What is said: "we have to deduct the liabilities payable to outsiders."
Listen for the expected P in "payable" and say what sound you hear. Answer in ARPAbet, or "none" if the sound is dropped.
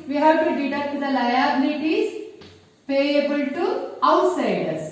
P